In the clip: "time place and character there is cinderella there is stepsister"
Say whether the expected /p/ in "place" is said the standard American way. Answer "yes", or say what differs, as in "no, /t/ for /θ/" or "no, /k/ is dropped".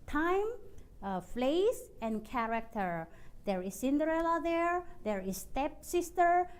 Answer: no, /f/ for /p/